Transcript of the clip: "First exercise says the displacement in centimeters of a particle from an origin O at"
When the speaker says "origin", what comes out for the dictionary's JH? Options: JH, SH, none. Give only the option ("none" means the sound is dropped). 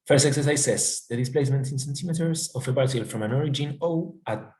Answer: JH